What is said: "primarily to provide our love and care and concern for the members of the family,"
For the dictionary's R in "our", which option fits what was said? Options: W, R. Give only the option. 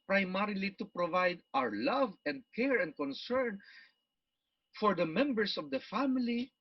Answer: R